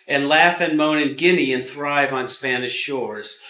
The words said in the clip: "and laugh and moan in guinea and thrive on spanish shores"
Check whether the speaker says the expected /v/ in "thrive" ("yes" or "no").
yes